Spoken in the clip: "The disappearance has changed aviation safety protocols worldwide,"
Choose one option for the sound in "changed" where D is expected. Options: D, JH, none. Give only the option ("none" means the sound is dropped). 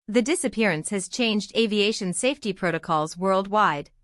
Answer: D